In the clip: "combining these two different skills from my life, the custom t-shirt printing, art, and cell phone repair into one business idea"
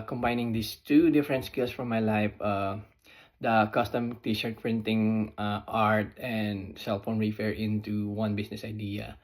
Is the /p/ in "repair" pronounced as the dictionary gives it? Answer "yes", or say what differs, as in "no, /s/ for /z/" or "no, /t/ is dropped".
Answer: no, /f/ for /p/